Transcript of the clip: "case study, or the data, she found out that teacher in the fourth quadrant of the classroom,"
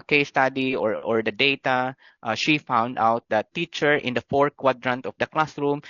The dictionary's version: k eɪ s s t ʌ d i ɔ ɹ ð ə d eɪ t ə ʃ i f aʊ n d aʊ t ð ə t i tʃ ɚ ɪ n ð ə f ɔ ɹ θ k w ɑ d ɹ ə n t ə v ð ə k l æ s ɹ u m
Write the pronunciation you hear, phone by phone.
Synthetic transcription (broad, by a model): k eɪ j s t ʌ d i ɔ ɹ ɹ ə d eɪ t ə ʃ i f aʊ n d aʊ t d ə t i tʃ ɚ ɪ n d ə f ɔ ɹ k w ɑ d ɹ ə n t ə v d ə k l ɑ s ɹ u m